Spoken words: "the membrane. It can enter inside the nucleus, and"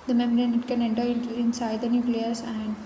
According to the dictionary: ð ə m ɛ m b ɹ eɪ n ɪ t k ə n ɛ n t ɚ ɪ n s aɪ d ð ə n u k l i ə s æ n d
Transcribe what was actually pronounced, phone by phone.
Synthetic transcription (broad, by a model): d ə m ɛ m ɹ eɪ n ɪ t k ə n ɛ n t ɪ ɪ n s aɪ d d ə n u k l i ə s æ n d